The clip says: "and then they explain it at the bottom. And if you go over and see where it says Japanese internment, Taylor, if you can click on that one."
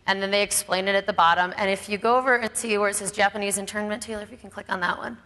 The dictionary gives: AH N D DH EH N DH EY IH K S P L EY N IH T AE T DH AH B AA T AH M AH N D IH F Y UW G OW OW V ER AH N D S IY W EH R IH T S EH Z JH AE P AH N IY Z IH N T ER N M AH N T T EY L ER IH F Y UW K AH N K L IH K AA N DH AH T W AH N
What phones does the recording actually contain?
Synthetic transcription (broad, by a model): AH N DH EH N DH EY IH K S P L EY N IH T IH T DH AH B AA T AH M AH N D IH F Y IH G OW OW V ER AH N S IY W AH R IH T S EH Z JH AE P AH N IY Z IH N T ER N M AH N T T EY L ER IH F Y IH K N K L IH K N DH AH T W AH N